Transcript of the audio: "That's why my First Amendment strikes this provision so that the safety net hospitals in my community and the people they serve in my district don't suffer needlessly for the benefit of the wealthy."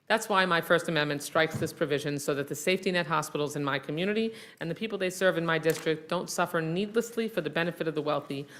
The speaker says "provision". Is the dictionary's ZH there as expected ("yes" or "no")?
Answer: yes